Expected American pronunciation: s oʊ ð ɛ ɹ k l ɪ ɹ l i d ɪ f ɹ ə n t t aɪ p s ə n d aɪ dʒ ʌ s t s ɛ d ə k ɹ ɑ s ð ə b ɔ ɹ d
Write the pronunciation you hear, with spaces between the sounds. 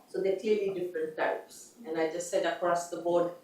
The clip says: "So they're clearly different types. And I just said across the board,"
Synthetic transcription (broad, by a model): s oʊ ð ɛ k l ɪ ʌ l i d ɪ f ɹ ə n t t aɪ p s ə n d aɪ dʒ ʌ s t s ɛ d ə k ɹ ɑ s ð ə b ɔ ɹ d